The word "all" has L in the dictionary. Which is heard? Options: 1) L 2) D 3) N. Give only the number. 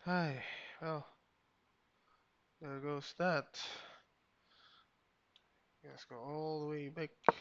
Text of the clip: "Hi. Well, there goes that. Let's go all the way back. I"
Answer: 1